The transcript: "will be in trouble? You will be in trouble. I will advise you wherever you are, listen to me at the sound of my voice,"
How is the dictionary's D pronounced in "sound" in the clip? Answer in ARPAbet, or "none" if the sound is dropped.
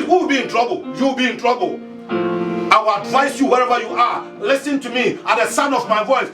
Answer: none